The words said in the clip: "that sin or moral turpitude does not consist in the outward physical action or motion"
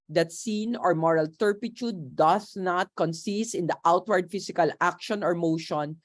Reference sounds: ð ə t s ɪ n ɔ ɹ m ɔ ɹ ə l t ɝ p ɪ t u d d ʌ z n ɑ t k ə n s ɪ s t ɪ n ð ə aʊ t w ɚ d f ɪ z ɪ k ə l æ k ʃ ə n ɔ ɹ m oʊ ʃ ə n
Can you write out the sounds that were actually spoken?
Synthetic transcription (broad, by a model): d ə t s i n ɔ ɹ m ɔ ɹ ə l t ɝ p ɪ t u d d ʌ s n ɑ t k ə n s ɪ s t ɪ n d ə aʊ t w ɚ d f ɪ s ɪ k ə l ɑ k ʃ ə n ɔ ɹ m oʊ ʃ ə n